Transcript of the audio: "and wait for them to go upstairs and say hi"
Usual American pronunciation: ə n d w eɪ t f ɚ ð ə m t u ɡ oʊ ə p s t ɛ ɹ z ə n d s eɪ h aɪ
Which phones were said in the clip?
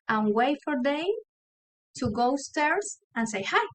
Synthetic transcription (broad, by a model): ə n w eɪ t f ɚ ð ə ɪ t u ɡ oʊ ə s t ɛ ɹ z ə n s eɪ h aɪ